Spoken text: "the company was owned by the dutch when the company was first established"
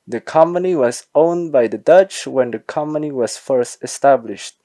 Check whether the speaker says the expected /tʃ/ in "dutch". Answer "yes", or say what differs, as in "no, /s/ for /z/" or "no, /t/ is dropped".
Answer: yes